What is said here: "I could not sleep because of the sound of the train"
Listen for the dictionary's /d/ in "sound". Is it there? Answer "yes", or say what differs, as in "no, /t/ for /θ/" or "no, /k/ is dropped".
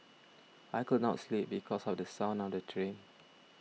no, /d/ is dropped